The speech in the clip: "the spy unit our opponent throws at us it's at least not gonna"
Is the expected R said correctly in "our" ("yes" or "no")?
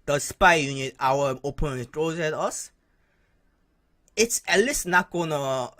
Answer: no